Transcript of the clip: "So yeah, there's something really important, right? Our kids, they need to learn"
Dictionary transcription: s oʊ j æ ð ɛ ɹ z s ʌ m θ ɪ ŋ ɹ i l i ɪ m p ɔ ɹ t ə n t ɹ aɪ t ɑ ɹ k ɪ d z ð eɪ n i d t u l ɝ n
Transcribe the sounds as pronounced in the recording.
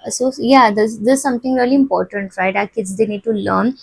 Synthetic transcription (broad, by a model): s oʊ j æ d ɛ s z s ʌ m t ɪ ŋ ɹ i l i ɪ m p ɔ ɹ t ə n t ɹ aɪ t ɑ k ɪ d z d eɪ n i d t u l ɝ n